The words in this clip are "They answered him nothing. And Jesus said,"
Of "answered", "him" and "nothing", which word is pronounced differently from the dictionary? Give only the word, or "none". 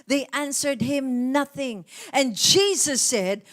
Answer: none